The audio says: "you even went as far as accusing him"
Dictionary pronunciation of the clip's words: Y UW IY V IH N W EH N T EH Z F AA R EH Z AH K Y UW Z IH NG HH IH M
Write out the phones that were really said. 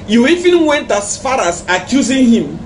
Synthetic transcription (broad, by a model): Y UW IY F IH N W EH N T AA S F AA R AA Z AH K Y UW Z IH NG HH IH M